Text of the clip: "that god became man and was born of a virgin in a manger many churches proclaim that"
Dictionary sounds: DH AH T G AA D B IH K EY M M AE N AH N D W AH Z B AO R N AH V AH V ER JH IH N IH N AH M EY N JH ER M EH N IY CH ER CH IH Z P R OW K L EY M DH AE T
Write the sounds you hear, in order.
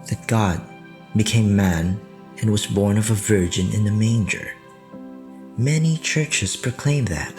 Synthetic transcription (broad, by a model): DH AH T G AA D B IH K EY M M AE N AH N W AH Z B AO R N AH V AH V ER JH IH N IH N AH M EY N JH ER M EH N IY CH ER CH IH Z P R OW K L EY M DH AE T